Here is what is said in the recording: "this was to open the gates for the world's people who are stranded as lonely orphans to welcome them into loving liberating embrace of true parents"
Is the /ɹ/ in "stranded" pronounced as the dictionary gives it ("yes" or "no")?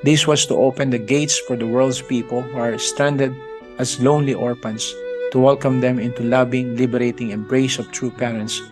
no